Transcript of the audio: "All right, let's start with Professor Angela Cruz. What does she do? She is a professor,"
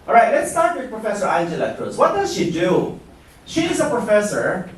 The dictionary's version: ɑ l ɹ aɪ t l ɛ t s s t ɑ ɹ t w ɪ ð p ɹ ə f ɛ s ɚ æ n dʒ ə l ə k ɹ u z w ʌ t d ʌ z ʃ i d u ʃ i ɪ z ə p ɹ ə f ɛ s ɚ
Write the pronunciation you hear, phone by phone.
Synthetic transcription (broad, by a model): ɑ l ɹ aɪ t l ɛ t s s t ɑ ɹ t w ɪ ð p ɹ ə f ɛ s ɚ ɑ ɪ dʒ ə l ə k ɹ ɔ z w ʌ t d ʌ z ʃ i d u ʃ i ɪ z ə p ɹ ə f ɛ s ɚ